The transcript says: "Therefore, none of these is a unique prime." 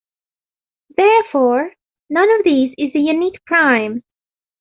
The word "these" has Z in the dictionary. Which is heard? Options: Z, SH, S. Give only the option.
Z